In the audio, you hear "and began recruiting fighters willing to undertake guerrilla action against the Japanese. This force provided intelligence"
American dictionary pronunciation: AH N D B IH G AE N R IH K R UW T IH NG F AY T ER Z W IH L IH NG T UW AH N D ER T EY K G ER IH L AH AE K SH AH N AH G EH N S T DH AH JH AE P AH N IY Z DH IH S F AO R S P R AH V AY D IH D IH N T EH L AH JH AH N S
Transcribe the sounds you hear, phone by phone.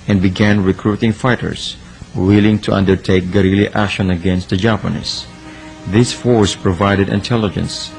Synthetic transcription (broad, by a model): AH N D B IH G AE N R IH K R UW T IH NG F AY T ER S W IH L IH NG T UW AH N D ER T EY K G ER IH L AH AE K SH AH N AH G EH N S T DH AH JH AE P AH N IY S DH IH S F AO R S P R AH V AY D IH D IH N T EH L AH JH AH N S